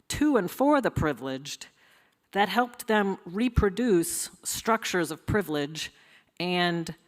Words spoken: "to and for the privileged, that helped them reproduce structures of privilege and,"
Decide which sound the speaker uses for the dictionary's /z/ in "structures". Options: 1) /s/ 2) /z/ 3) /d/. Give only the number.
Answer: 2